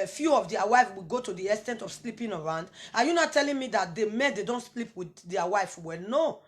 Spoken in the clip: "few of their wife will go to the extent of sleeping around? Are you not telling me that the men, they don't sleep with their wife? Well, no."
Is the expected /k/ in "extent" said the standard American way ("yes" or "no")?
no